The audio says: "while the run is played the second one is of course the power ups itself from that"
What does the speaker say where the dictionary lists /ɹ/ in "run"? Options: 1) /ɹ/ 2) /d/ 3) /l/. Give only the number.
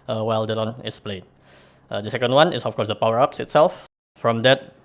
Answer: 3